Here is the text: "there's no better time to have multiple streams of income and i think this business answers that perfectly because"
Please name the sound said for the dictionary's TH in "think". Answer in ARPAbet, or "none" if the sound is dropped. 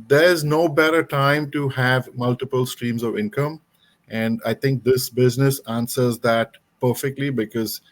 T